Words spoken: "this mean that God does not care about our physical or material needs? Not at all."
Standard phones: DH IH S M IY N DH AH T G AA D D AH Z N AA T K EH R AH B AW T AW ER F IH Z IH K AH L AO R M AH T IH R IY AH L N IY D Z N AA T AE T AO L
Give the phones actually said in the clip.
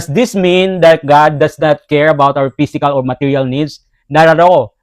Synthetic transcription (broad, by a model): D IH S M IY N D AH T G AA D D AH S N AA T K EH R AH B AW T AW ER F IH S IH K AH L AO R M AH T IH R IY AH L N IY D S N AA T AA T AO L